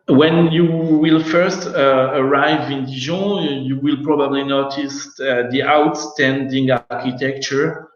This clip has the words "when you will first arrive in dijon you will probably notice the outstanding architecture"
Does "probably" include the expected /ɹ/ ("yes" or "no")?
yes